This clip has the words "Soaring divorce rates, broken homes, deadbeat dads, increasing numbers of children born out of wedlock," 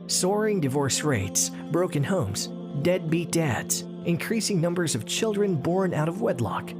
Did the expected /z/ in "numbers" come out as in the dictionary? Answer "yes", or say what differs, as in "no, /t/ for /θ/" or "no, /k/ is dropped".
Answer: yes